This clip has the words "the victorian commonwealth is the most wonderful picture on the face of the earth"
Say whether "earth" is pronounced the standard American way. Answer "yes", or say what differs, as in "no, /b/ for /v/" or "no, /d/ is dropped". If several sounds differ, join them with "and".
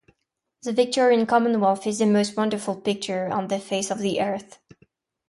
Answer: yes